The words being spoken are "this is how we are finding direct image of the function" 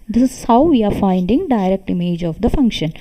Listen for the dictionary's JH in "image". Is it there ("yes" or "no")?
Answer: yes